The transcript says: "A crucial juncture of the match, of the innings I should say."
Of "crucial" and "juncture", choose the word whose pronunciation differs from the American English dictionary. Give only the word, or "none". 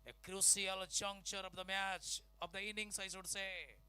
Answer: crucial